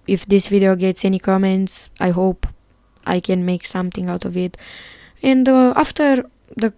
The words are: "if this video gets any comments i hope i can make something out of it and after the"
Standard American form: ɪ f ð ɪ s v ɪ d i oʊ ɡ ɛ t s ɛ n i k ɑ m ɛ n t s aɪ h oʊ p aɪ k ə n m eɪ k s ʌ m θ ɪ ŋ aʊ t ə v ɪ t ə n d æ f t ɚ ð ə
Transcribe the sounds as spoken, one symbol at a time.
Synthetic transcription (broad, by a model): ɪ f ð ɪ s v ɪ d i oʊ ɡ ɛ t s ɛ n i k ɑ m ɛ n t s aɪ h oʊ p aɪ k ə n m eɪ k s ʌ m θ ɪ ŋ aʊ t ə v ɪ t ə n d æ f t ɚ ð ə